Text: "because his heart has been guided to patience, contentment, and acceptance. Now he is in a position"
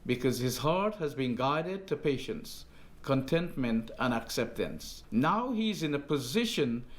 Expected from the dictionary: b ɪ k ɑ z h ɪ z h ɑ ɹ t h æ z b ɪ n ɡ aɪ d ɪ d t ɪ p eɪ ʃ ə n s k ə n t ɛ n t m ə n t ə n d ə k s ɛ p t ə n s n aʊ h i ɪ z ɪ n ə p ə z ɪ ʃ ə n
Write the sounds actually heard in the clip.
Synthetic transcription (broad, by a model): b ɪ k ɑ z h ɪ z h ɑ ɹ t h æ z b ɪ n ɡ aɪ d ɪ d t ɪ p eɪ ʃ ə n s k ə n t ɛ n t m ə n t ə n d ə k s ɛ p t ə n s n aʊ h i ɪ z ɪ n ə p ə z ɪ ʃ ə n